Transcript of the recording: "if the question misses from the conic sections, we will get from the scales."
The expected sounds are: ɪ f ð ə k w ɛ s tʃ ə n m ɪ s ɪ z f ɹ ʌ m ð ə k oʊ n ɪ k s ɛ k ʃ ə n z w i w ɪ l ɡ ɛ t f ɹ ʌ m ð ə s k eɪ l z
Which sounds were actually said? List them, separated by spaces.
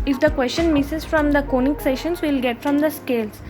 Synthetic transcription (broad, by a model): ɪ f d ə k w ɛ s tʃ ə n m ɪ s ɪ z f ɹ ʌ m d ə k oʊ n ɪ k s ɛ ʃ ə n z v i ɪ l ɡ ɛ t f ɹ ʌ m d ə s k eɪ l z